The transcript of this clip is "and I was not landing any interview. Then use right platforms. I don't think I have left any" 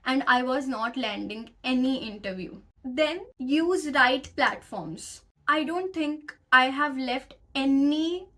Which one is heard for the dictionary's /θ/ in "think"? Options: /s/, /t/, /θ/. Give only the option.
/t/